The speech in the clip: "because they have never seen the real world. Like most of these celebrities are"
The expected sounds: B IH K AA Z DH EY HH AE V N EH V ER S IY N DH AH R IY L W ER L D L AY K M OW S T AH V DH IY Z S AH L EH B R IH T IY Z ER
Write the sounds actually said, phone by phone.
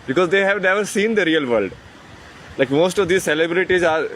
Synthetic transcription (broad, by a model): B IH K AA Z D EY HH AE V N EH V ER S IY N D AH R IY L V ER L D L AY K M OW S T AH V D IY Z S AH L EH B R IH T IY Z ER